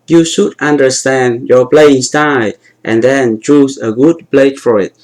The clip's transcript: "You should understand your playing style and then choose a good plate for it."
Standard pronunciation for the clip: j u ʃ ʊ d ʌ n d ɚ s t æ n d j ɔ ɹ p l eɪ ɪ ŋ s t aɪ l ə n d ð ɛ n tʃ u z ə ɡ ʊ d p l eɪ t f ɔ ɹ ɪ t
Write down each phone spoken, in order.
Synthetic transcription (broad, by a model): j u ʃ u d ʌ n d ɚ s t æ n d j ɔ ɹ p l eɪ ɪ ŋ s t aɪ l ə n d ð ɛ n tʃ u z ə ɡ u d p l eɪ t f ɔ ɹ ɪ t